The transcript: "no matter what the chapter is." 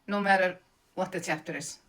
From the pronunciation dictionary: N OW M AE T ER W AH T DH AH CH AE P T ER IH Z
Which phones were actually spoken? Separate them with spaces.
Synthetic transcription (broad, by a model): N OW M AE T ER W AH T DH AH S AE F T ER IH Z